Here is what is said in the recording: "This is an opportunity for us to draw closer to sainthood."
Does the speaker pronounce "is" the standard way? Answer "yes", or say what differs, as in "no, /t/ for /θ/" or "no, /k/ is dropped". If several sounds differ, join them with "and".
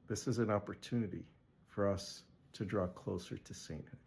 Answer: yes